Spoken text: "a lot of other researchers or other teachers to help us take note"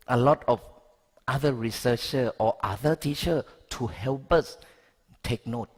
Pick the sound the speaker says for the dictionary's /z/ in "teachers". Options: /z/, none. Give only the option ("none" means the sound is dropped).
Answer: none